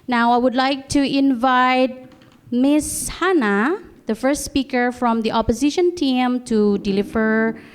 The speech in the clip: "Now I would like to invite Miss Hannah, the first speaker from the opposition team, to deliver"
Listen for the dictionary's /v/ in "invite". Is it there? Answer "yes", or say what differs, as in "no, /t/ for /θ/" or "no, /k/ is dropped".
yes